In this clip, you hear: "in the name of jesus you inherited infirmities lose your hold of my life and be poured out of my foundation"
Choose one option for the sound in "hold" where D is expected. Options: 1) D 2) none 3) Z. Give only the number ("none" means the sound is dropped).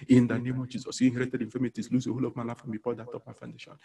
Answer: 2